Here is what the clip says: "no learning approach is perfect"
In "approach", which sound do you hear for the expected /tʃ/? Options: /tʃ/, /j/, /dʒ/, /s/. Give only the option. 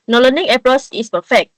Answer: /s/